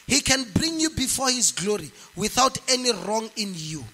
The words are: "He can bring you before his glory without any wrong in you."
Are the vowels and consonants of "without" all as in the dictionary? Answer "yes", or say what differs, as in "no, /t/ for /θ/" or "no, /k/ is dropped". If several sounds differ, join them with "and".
yes